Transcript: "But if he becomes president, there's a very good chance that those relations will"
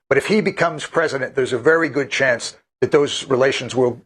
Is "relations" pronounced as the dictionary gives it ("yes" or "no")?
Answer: yes